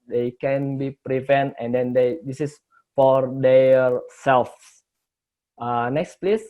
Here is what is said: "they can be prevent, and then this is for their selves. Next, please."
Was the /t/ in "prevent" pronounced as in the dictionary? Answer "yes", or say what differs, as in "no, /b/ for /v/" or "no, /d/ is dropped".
yes